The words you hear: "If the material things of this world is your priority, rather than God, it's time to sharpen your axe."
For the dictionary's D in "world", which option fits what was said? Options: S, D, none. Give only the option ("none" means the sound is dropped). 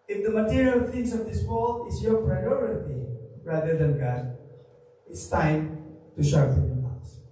none